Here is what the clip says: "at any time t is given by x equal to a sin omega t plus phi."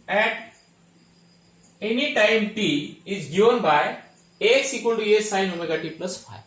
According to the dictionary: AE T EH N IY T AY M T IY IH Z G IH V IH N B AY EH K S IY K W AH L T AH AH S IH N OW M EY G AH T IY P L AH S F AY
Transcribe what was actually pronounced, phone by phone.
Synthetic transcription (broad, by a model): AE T EH N IY T AY M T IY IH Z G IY IH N B AY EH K S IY K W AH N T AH AH S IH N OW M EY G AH T IY P L AH S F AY